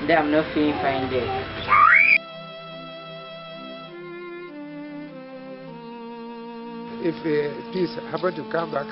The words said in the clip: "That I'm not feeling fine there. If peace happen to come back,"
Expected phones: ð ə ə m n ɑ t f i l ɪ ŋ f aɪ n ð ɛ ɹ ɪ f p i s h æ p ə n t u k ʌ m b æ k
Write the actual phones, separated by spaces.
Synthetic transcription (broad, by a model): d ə ə m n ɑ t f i ɪ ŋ f aɪ n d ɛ ɪ f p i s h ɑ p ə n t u k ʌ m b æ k